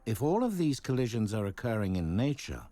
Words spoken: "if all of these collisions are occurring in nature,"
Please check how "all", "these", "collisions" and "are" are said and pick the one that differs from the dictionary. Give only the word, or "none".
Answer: none